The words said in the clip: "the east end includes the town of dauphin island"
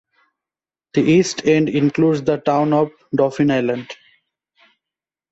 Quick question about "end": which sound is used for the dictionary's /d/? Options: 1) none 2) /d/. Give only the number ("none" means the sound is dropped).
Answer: 2